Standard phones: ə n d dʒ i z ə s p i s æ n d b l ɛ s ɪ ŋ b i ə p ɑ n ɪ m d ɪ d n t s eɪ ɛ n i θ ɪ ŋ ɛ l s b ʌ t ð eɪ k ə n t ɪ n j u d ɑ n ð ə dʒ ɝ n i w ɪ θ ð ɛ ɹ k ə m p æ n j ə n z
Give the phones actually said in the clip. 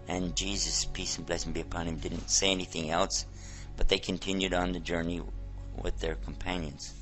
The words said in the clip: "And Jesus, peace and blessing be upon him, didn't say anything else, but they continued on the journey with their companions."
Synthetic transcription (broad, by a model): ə n dʒ i z ə s p i s n b l ɛ s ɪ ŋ b i ə p ɑ n ɪ m d ɪ d n t s eɪ ɛ n i θ ɪ ŋ ɛ l s b ʌ t ð eɪ k ə n t ɪ n j u d n ð ə dʒ ɝ n i w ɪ ð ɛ ɹ k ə m p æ n j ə n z